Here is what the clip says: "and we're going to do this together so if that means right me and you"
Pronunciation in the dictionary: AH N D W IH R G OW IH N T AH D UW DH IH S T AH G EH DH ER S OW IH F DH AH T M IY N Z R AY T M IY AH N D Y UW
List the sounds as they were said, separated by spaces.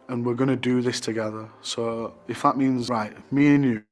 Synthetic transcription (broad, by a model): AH N W IH R G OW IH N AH D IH DH IH S T AH G EH DH ER S OW IH F DH AH T M IY N Z R AY T M IY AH N Y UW